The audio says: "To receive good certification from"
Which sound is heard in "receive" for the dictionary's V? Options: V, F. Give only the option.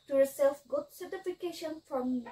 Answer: F